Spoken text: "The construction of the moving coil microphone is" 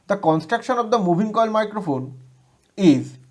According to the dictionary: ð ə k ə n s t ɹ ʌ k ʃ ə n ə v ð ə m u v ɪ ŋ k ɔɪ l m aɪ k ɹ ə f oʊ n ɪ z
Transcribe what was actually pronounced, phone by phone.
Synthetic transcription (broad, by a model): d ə k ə n s t ɹ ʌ k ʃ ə n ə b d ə m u b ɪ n k ɔɪ l m aɪ k ɹ ə f oʊ n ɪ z